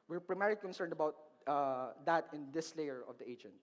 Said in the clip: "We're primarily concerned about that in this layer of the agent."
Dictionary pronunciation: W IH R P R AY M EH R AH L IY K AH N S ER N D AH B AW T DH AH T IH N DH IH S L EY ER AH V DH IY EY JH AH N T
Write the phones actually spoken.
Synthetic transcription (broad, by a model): W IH R P R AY M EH R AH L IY K AH N S ER N D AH B AW T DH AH T IH N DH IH S L EY ER AH V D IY EY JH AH N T